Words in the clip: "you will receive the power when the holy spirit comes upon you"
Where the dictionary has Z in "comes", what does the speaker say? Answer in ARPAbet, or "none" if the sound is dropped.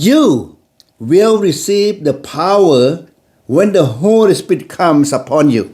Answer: S